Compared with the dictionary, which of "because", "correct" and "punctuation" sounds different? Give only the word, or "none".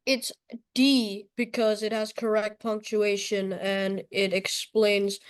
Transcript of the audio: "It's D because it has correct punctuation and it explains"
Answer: none